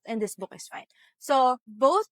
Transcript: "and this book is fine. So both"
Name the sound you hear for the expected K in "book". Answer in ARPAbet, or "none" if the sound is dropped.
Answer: K